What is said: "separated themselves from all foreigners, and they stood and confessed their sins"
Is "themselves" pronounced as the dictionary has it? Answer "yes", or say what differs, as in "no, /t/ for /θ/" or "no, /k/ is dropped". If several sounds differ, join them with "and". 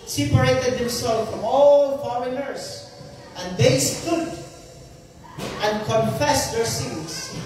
no, /z/ is dropped